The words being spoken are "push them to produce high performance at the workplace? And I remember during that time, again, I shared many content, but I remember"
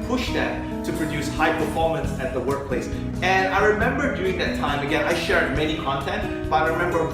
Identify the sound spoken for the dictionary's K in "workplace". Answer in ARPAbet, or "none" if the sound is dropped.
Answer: K